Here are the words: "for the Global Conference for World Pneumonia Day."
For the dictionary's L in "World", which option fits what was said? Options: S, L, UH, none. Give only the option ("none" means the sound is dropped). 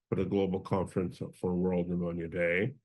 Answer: L